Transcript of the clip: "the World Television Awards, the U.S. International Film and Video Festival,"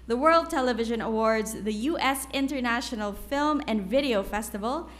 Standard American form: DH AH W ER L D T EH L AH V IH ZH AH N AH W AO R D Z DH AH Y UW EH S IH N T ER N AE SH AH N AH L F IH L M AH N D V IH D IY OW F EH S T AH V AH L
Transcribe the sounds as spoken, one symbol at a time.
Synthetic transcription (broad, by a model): DH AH W ER L D T EH L AH V IH ZH AH N AH W AO R D Z DH AH Y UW EH S IH N T ER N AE SH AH N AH L F IH L M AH N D V IH D IY OW F EH S T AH V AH L